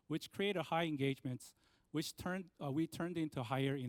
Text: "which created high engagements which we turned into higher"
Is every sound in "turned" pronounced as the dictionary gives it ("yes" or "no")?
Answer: yes